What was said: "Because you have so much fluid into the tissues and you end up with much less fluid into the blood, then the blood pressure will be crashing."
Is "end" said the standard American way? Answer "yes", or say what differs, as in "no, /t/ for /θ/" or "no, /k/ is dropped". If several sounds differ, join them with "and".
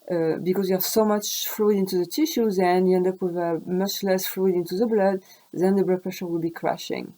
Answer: yes